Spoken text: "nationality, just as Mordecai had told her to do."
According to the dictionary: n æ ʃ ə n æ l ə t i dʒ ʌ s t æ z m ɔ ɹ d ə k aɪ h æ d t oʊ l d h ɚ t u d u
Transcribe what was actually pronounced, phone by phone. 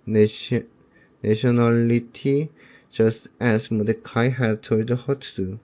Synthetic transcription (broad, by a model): n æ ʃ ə n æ l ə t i dʒ ʌ s t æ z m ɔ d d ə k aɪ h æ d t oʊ d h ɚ t u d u